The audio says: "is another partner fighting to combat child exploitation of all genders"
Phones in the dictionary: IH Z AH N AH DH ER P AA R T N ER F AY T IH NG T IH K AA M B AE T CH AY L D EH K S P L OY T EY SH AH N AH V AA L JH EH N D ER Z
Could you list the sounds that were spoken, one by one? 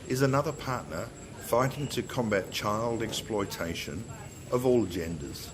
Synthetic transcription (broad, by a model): IH Z AH N AH DH ER P AA R T N ER F AY T IH NG T IH K AA M B AE T CH AY L D EH K S P L OY T EY SH AH N AH V AA L JH EH N D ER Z